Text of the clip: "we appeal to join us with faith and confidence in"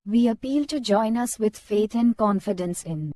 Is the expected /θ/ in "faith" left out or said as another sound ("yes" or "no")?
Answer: yes